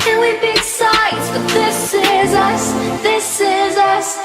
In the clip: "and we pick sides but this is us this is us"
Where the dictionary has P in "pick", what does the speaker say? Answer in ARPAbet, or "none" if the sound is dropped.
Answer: B